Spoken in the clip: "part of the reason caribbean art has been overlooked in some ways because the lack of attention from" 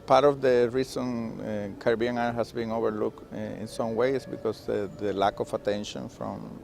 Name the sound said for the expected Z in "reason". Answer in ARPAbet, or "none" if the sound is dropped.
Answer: S